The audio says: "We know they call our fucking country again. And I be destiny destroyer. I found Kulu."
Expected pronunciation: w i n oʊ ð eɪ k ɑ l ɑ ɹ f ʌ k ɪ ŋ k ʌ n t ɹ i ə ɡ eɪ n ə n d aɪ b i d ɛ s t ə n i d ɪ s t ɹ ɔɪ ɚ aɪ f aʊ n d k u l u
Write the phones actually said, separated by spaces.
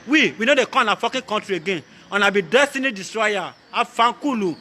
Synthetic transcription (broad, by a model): w i n oʊ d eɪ k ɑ n ɑ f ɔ k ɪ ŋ k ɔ n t ɹ i ə ɡ eɪ n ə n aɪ b i d ɛ s t ə n i d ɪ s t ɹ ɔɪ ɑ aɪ f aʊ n k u l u